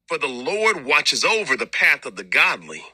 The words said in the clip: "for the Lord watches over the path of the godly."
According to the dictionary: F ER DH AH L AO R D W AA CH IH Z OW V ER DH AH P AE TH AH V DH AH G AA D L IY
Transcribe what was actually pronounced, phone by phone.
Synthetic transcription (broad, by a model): F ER DH AH L AO R D W AA CH IH Z OW V ER DH AH P AE TH AH V DH AH G AA D L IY